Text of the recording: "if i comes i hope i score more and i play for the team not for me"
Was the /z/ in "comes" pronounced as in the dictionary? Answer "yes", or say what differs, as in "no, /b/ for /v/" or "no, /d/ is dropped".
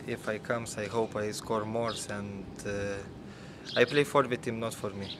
no, /s/ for /z/